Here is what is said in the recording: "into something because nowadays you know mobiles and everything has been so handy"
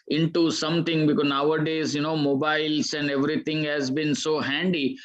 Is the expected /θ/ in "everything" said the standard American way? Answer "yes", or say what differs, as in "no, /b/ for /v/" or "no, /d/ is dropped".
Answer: no, /t/ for /θ/